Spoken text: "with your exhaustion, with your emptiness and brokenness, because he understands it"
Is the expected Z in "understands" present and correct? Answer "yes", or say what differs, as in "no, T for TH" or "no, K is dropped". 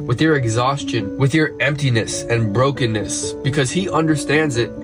yes